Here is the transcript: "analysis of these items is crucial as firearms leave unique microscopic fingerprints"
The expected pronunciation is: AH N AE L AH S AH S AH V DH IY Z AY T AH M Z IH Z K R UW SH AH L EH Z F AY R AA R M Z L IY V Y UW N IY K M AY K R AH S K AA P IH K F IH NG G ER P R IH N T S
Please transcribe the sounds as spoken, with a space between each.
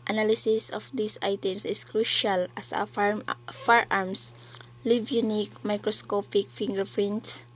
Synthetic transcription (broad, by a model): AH N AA L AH S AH S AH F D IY S AY T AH M S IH S K R UW SH AH L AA S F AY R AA R M S L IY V Y UW N IY K M AY K R AH S K AA P IH K F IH NG G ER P R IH N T S